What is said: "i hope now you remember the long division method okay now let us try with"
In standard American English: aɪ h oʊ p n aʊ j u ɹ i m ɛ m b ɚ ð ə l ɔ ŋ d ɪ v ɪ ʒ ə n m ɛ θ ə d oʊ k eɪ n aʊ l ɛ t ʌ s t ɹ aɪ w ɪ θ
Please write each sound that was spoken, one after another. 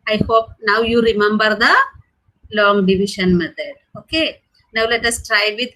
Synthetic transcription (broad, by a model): aɪ h oʊ p n aʊ j u ɹ i m ɛ m b ɚ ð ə l ɔ ŋ d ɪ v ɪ ʃ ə n m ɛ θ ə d oʊ k eɪ n aʊ l ɛ t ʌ s t ɹ aɪ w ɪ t